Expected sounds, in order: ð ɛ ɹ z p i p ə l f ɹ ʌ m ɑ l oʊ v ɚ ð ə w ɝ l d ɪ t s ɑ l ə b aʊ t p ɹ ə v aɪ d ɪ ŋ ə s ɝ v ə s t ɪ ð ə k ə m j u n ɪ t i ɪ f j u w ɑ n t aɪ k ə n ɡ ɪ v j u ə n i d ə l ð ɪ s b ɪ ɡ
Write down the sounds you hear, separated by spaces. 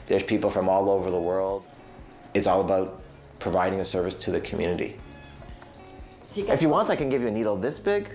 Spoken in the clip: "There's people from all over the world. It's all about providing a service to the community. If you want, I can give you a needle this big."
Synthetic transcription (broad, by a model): ð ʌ ɹ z p i p l f ɹ ʌ m ɑ l oʊ v ɚ ð ə w ɝ l d ɪ t s ɑ l ə b aʊ t p ɹ ə v aɪ d ɪ ŋ ə s ɝ v ə s t ɪ ð ə k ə m j u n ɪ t i ɪ f j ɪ w ɑ n t aɪ k ə n ɡ ɪ v j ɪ ə n i d l ð ɪ s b ɪ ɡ